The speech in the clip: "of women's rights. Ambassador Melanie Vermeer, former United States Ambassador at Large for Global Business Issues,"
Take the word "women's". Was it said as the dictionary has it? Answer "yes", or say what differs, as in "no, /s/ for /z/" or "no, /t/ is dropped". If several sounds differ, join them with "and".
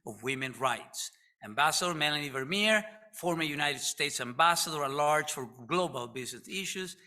no, /z/ is dropped